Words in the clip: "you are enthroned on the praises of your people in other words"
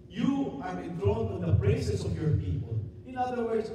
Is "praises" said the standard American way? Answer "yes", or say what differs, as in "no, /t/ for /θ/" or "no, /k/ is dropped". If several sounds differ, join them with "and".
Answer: no, /b/ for /p/ and /s/ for /z/